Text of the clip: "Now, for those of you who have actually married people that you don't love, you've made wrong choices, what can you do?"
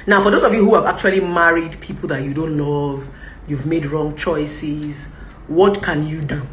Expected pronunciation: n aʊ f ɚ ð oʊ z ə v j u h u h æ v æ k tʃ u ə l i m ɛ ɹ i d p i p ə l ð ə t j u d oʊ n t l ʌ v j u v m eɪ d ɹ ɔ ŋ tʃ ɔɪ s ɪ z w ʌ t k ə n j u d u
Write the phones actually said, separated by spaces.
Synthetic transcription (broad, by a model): n aʊ f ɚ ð oʊ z ə v j u h u h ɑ v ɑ k tʃ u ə l i m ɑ ɹ i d p i p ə l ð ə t j u d oʊ n t l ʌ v j u v m eɪ d ɹ ɔ ŋ tʃ ɔɪ s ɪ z w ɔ t k ə n j u d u